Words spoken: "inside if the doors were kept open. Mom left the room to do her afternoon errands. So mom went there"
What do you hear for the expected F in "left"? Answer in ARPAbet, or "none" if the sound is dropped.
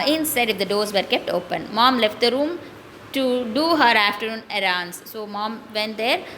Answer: F